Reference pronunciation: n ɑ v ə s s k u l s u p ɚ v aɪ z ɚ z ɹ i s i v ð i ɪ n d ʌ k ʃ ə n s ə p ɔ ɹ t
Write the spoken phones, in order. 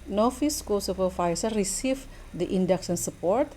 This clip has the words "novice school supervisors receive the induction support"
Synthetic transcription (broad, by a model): n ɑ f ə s s k u l s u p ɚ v aɪ s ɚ ɹ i s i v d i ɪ n d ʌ k s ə n s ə p ɔ ɹ t